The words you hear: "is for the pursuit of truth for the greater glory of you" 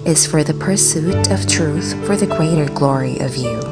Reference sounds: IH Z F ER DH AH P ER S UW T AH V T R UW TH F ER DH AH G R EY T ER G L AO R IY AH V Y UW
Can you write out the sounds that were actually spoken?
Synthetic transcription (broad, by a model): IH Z F ER DH AH P ER S UW T AH V T R UW TH F ER DH AH G R EY T ER G L AO R IY AH V Y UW